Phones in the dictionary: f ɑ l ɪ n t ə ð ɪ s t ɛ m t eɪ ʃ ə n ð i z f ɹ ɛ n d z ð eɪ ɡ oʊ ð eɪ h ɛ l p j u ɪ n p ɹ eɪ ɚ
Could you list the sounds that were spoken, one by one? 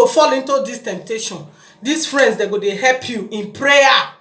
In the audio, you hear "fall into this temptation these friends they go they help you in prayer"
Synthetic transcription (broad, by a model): f ɑ l ɪ n t ə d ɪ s t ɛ m t eɪ ʃ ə n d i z f ɹ ɛ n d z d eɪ ɡ oʊ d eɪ h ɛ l p j u ɪ n p ɹ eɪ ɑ